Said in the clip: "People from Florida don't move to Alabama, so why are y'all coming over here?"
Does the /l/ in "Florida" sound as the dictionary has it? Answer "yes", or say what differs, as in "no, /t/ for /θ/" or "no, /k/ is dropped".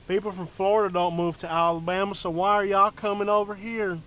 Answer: yes